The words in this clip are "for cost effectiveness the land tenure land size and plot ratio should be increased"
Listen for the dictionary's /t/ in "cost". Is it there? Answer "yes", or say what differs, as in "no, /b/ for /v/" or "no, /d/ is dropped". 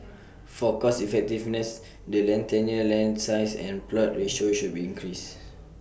no, /t/ is dropped